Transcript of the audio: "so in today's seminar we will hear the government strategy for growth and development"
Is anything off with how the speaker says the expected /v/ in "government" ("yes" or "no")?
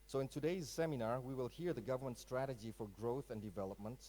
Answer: no